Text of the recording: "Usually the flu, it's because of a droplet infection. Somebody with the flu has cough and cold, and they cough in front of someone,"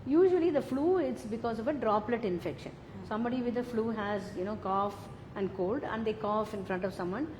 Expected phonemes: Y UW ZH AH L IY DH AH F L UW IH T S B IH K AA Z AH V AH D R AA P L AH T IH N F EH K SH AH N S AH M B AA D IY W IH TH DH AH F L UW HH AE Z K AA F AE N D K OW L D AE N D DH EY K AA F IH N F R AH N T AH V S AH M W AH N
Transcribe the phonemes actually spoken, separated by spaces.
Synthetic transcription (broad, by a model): Y UW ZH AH L IY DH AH F L UW IH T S B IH K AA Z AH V AH D R AA P L AH T IH N F EH K SH AH N S AH M B AA D IY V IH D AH F L UW HH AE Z K AA F AE N D K OW L D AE N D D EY K AA F IH N F R AH N T AH V S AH M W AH N